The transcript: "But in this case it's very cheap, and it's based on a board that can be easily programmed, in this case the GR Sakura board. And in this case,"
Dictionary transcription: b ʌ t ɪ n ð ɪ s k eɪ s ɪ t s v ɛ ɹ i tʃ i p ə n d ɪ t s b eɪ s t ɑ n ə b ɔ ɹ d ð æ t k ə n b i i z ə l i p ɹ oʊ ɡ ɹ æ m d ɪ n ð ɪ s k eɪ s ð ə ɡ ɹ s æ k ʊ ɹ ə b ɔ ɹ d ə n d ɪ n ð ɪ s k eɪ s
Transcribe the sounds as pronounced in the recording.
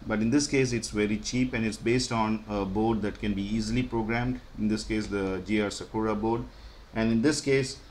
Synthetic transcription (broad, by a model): b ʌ t ɪ n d ɪ s k eɪ s ɪ t s v ɛ ɹ i tʃ i p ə n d ɪ t s b eɪ s t ɑ n ə b ɔ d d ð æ t k ə n b i i z ə l i p ɹ oʊ ɡ ɹ æ m d ɪ n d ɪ s k eɪ s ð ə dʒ ɹ s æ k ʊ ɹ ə b ɔ ɹ d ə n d ɪ n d ɪ s k eɪ s